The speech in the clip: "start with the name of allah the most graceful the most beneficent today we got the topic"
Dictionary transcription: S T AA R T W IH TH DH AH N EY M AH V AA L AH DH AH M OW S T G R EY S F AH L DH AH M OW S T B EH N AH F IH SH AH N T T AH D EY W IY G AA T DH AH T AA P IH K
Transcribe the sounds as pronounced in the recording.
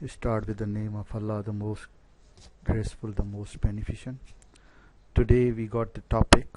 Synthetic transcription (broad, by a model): S T AA R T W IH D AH N EY M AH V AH L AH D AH M OW S T G R EY S F AH L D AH M OW S T B EH N AH F IH SH AH N T T AH D EY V IY G AA T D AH T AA P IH K